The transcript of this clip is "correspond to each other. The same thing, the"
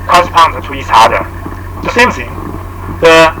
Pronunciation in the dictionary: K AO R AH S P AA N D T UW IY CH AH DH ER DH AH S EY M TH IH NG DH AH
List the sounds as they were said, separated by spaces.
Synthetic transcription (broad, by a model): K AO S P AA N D T UW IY S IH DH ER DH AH S EY M TH IH NG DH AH